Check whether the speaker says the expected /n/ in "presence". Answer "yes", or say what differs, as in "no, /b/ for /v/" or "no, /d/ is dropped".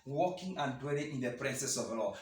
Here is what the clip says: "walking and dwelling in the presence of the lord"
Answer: no, /n/ is dropped